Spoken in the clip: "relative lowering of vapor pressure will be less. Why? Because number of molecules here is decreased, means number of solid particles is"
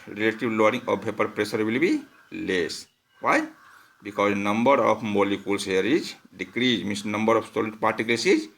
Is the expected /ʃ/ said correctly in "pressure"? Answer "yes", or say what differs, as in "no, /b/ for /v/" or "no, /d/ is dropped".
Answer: no, /s/ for /ʃ/